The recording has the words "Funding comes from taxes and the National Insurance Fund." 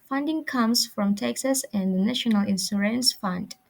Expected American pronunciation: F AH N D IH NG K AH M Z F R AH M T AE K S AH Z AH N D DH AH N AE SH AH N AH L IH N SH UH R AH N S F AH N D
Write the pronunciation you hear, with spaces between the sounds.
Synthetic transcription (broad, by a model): F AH N D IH NG K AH M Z F R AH M T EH K S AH S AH N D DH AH N AE SH AH N AH L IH N S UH R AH N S F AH N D